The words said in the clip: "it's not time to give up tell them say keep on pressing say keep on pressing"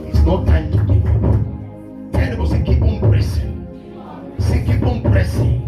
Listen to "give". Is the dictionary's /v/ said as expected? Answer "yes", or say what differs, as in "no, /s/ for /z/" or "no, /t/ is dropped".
no, /v/ is dropped